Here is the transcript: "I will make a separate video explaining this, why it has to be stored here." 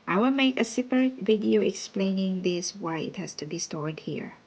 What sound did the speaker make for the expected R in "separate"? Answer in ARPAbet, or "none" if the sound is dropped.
none